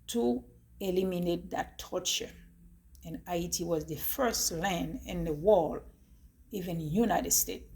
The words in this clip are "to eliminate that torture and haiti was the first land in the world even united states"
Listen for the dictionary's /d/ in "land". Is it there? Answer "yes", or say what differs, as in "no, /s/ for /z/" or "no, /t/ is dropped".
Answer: yes